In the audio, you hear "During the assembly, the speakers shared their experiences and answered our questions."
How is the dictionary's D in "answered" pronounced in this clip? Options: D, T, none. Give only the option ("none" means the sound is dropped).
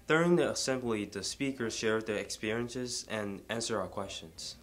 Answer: none